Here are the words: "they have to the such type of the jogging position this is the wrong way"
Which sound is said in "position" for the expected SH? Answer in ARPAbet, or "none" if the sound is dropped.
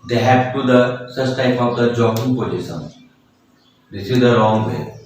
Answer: S